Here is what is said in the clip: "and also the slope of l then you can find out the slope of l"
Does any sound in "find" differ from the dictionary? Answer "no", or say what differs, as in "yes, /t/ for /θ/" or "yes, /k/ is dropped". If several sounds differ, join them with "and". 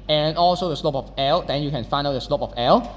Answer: yes, /d/ is dropped